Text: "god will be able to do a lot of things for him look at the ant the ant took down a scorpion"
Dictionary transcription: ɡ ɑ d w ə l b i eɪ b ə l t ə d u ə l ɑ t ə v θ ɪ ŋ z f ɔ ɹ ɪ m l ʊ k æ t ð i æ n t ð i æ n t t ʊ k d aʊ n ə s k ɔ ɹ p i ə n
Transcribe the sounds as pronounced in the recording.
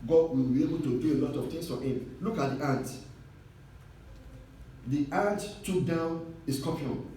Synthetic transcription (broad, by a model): ɡ ɑ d w ə l b i eɪ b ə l t ə d u ə l ɑ t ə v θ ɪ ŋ s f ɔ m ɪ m l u k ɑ t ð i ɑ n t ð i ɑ n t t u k d aʊ n ə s k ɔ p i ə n